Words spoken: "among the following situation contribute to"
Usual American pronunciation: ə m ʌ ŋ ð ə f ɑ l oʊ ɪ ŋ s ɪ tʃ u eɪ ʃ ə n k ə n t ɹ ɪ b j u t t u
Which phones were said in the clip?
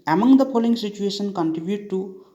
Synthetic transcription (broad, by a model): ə m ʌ ŋ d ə p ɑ l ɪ ŋ s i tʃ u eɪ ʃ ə n k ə n t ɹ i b j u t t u